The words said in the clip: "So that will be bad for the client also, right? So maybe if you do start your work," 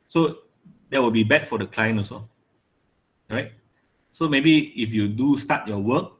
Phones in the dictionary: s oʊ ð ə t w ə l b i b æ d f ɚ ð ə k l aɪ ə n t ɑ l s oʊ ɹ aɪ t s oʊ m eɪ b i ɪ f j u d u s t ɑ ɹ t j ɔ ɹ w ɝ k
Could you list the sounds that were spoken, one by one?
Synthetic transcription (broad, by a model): s oʊ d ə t w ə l b i b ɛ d f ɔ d ə k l aɪ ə n ɑ s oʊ ɹ aɪ t s oʊ m eɪ b i ɪ f j u d u s t ɑ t j ɔ w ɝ k